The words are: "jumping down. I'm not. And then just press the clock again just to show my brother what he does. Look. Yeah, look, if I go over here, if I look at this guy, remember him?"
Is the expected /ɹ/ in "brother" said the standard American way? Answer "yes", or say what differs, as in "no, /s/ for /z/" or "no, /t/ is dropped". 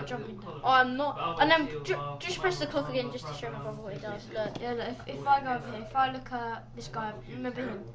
no, /ɹ/ is dropped